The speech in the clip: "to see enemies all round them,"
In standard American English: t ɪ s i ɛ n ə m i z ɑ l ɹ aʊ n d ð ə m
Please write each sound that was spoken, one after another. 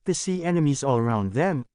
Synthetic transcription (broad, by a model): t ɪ s i ɛ n ə m i z ɑ l ɹ aʊ n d ð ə m